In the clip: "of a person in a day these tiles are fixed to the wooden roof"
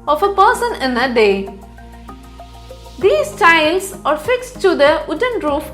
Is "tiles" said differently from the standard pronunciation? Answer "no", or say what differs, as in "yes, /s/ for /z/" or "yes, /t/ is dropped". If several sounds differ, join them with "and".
yes, /s/ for /z/